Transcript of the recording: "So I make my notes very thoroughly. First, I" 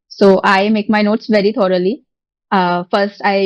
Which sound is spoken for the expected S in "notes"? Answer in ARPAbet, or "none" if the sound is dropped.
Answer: S